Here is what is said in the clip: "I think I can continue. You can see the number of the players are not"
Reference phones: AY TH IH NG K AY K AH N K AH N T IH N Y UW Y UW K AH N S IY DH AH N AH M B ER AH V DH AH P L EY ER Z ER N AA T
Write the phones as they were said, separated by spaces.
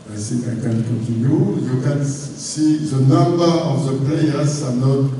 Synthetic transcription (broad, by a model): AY S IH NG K AY K AH N K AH N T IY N Y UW Y UW K AH N S IY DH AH N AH M B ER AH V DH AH P L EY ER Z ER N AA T